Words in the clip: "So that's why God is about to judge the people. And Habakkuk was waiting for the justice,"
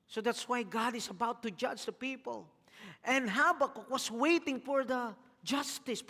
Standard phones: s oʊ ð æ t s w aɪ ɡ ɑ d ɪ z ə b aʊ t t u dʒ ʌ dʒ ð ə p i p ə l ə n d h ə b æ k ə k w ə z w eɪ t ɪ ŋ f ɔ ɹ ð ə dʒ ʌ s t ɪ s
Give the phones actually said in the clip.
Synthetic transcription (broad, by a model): s oʊ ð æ t s w aɪ ɡ ɑ d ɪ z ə b aʊ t t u dʒ ʌ dʒ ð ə p i p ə l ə n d h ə b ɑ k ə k w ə s w eɪ t ɪ ŋ f ɔ ɹ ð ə dʒ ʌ s t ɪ s